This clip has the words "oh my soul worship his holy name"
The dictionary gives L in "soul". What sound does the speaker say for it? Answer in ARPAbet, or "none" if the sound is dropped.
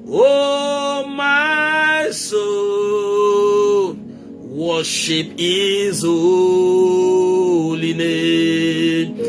N